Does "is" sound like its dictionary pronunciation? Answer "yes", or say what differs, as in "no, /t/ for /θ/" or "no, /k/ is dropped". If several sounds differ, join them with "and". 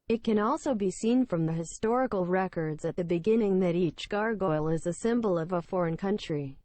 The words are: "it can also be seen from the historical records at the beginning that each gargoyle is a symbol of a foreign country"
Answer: yes